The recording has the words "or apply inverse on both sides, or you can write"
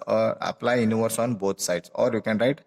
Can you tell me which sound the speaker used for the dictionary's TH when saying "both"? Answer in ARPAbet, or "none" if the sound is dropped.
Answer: T